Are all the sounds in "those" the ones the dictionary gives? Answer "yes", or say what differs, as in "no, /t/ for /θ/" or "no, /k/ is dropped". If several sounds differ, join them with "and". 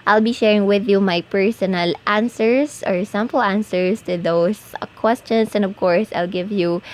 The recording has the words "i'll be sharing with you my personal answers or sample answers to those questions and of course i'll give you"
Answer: no, /s/ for /z/